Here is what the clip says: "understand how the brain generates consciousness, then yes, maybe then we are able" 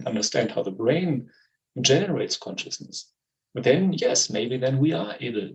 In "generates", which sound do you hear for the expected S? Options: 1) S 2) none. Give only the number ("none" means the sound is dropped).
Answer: 1